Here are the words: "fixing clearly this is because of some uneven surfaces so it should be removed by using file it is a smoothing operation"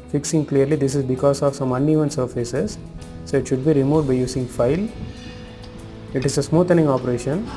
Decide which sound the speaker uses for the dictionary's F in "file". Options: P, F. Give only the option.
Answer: F